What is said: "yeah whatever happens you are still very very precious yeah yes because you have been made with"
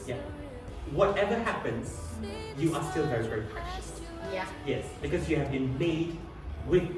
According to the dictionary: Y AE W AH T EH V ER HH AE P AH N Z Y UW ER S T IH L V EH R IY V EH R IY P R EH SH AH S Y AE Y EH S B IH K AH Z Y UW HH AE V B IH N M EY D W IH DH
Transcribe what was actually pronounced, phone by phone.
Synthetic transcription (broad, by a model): Y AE W AH T EH V ER HH AE P AH N Z Y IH ER S T IH L V EH R IY V EH R IY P EH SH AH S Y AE Y EH S B IH K AH Z Y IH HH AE V B IH N M EY D W IH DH